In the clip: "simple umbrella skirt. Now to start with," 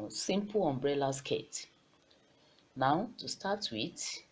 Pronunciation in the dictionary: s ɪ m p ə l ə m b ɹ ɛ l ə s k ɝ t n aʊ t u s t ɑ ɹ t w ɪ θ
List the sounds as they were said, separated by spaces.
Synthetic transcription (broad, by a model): s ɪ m p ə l ə m b ɹ ɛ l ə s k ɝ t n aʊ t u s t ɑ t w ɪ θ